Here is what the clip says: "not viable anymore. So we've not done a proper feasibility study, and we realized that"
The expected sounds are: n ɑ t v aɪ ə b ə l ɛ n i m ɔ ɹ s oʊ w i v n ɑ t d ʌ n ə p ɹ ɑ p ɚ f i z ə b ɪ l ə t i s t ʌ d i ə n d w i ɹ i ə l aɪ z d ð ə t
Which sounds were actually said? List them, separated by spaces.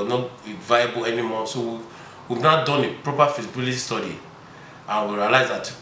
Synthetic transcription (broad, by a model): n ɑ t v aɪ ə b ə l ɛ n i m ɔ s oʊ w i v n ɑ d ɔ n ə p ɹ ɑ p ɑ f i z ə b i l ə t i s t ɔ d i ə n w i ɹ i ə l aɪ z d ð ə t